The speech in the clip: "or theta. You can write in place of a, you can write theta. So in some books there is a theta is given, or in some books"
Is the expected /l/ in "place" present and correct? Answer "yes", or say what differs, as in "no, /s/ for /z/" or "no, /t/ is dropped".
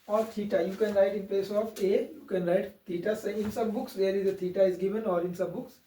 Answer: yes